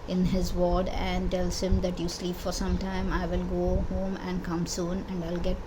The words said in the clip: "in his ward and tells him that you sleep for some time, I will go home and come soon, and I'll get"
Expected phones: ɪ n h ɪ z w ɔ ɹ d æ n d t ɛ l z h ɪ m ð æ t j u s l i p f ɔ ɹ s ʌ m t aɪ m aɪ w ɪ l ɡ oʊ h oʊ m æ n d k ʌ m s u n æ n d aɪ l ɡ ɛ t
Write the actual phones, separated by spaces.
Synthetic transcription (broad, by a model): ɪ n h ɪ z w ɔ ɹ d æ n d t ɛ l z h ɪ m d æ t j u s l i p f ɔ ɹ s ʌ m t aɪ m aɪ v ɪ l ɡ oʊ h oʊ m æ n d k ʌ m s u n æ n d aɪ l ɡ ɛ t